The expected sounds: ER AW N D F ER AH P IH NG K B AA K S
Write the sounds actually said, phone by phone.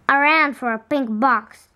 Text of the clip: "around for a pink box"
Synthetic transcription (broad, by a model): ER AW N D F ER AH P IH NG K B AA K S